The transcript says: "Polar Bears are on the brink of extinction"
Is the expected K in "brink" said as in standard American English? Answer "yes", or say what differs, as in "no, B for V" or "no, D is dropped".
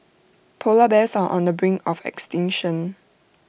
no, K is dropped